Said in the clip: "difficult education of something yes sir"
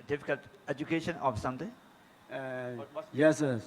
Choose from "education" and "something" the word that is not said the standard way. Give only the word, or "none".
something